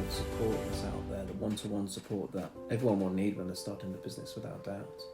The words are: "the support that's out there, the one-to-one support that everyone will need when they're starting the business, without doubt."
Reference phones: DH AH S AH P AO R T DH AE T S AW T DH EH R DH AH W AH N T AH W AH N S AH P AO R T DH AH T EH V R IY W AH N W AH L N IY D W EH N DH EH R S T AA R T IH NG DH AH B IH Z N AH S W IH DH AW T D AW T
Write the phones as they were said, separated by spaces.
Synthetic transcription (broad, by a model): S AH P AO R T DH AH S AW T DH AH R DH AH W AH N T AH W AH N S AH P AO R T DH AH T EH V R IY W AH N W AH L N IY D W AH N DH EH S T AA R T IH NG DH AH B IH Z N AH S W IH DH AW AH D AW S